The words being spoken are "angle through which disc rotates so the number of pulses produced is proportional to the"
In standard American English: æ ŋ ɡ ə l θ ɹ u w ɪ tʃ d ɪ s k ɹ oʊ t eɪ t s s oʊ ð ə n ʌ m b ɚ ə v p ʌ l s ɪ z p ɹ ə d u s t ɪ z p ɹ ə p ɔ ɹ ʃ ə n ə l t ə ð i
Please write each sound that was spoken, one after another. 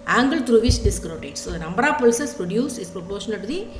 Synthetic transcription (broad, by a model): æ ŋ ɡ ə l t ɹ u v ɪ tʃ d ɪ s k ɹ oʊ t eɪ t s s oʊ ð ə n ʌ m b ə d p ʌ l s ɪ s p ɹ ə d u s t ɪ s p ɹ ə p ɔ ɹ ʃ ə n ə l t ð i